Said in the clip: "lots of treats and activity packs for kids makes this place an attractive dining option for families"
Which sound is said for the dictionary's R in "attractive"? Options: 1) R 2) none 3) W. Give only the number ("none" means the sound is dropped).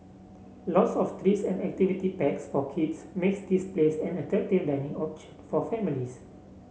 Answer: 2